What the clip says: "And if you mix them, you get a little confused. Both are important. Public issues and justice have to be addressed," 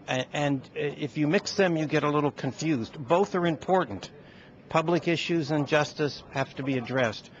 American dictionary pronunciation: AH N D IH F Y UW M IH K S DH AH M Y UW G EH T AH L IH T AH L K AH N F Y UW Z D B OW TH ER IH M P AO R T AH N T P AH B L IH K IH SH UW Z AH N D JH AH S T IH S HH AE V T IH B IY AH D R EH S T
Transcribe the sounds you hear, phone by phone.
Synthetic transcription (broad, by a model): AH N IH F Y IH M IH K S DH AH M Y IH G EH T AH L IH T L K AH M F Y UW Z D B OW TH ER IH M P AO R T N T P AH B L IH K IH SH UW Z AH N JH AH S T IH S HH AE F T IH B IY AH D R EH S T